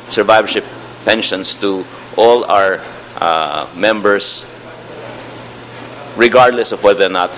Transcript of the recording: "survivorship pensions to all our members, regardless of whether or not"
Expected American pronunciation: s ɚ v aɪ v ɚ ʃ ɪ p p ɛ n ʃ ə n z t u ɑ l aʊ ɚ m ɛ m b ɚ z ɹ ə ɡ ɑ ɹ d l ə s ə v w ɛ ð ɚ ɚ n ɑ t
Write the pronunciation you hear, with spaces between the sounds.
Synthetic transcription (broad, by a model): s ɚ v aɪ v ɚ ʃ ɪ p p ɛ n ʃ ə n s t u ɑ l aʊ ɚ m ɛ m b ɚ s ɹ ə ɡ ɑ ɹ d l ə s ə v w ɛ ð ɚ ɚ n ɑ t